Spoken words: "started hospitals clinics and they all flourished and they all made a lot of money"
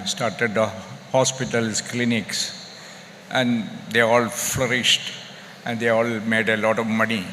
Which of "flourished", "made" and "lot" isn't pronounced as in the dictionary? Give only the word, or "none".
none